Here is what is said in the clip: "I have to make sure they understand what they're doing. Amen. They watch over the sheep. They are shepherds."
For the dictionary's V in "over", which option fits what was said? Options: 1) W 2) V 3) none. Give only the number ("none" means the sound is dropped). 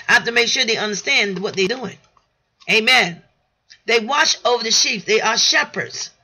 2